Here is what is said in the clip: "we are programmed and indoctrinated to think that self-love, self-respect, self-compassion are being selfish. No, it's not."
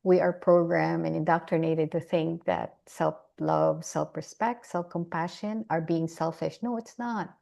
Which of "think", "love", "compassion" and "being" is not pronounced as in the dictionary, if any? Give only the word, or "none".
none